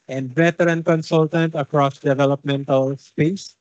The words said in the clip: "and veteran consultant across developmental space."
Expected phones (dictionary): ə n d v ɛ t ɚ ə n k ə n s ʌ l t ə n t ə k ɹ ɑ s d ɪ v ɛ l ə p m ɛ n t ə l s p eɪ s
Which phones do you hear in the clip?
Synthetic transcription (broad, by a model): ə n d b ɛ t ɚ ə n k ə n s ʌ l t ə n t ə k ɹ ɑ s d ɪ v ɛ l ə p m ɛ n t ə l s p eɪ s